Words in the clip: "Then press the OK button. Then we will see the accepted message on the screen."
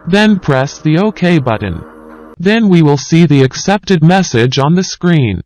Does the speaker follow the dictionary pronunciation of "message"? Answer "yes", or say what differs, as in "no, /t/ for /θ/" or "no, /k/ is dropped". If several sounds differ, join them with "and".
yes